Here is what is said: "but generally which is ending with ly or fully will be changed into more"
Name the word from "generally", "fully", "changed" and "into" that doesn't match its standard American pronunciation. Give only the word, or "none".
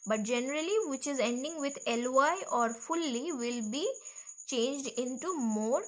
none